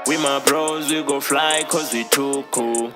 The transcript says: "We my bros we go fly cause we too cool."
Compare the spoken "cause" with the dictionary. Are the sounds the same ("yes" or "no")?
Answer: yes